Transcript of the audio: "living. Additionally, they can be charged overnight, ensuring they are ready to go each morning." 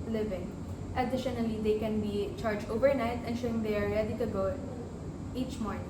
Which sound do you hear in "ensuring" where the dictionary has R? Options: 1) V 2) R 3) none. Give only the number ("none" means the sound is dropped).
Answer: 3